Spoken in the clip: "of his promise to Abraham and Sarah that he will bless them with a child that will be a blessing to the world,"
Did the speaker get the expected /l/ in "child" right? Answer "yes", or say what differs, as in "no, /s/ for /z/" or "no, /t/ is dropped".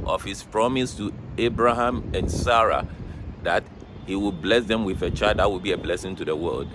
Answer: no, /l/ is dropped